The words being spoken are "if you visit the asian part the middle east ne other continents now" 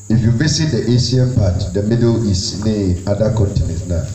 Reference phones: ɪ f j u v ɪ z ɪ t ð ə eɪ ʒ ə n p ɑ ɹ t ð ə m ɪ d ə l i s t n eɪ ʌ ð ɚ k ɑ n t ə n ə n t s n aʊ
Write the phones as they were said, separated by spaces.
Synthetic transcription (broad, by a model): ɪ f j u v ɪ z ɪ t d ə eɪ s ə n p ɑ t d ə m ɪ d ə l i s n eɪ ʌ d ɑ k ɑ n t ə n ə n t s n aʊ